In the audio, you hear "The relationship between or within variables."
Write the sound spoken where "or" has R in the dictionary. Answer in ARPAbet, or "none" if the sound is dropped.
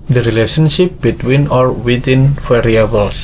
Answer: R